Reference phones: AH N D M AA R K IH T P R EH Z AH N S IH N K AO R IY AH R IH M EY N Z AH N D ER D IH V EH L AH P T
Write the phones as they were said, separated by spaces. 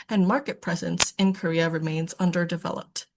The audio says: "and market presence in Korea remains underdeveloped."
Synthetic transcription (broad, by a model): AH N M AA R K IH T P R EH Z AH N S IH N K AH R IY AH R IH M EY N Z AH N D ER D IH V EH L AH P T